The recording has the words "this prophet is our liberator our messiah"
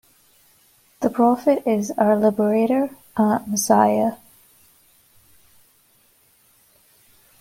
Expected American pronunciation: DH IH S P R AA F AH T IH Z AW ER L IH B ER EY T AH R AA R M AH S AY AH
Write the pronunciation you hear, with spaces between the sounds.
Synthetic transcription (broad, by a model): DH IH P R AA F AH T IH Z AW ER L IH B ER EY T AH R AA M AH S AY AH